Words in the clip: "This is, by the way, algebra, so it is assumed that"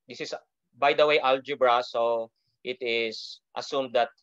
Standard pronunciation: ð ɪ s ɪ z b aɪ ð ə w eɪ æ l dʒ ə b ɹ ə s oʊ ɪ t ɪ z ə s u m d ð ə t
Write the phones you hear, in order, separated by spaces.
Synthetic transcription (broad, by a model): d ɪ s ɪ s b aɪ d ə w eɪ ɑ l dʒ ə b ɹ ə s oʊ ɪ t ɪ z ə s u m d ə t